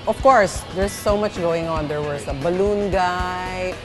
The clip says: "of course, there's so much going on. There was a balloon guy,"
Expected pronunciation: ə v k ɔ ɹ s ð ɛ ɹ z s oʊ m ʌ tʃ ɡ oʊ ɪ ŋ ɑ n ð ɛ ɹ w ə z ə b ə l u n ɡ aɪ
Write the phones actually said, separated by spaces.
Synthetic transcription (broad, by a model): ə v k ɔ ɹ s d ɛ ɹ s oʊ m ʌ tʃ ɡ oʊ ɪ ŋ ɑ n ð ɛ ɹ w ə s ə b ə l u n ɡ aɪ